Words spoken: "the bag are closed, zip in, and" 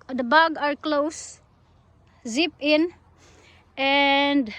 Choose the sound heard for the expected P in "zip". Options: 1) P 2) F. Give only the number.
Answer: 1